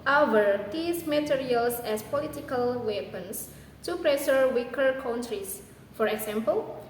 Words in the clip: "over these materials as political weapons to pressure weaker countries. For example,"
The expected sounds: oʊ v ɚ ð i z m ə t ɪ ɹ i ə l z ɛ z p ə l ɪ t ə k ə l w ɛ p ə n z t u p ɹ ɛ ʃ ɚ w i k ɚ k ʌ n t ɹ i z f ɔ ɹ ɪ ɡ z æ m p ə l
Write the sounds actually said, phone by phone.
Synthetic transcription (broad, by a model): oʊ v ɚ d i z m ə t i ɹ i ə l s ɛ s p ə l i t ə k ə l w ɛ p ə n s t u p ɹ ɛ s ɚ w i k ɚ k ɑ n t ɹ i s f ɔ ɹ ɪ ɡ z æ m p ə l